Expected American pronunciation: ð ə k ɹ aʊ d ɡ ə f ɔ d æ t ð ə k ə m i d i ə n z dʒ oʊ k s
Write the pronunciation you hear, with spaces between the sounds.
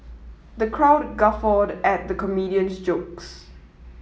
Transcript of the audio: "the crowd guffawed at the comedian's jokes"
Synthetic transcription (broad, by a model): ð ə k ɹ aʊ d ɡ ə f ɔ d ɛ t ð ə k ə m i d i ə n s dʒ oʊ k s